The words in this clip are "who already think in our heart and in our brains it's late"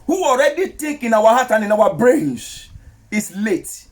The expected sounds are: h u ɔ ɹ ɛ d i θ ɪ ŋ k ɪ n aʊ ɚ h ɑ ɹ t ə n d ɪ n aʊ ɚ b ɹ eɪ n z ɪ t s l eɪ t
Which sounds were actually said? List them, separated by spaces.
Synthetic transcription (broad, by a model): h u ɔ ɹ ɛ d i t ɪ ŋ k ɪ n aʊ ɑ h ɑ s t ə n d ɪ n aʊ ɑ b ɹ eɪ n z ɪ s l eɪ t